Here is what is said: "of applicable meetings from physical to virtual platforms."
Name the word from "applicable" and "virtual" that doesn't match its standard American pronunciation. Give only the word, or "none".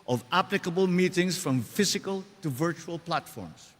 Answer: none